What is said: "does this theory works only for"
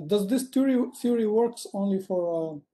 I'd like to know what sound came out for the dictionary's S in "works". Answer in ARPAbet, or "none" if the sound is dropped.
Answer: S